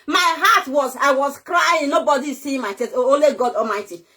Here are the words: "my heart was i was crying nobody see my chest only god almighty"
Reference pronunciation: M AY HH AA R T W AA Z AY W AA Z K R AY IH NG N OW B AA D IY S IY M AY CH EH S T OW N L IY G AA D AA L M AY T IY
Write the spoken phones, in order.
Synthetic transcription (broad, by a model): M AY HH AA T W AA Z AY W AA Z K R AY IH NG N OW B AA D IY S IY M AY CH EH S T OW L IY G AA D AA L M AY T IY